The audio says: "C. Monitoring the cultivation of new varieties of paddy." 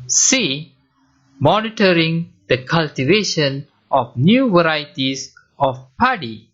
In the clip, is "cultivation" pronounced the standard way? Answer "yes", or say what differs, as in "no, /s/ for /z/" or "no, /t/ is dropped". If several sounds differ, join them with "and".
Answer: yes